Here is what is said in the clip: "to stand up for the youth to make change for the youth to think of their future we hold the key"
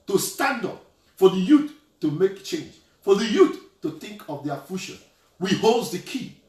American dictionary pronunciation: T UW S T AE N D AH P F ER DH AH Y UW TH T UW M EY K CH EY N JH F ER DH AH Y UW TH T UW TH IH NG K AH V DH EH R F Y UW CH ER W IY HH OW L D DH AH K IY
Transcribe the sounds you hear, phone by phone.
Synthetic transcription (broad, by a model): T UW S T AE N D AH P F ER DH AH Y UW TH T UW M EY K CH EY N JH F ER DH AH Y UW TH T UW TH IH NG K AH V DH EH F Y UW SH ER W IY HH OW L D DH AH K IY